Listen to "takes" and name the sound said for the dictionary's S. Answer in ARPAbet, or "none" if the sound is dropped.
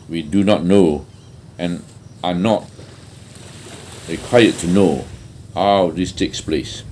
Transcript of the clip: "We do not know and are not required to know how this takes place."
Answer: S